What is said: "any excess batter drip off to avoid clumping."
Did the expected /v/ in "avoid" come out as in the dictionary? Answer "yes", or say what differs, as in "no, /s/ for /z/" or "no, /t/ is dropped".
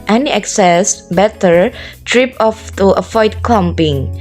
no, /f/ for /v/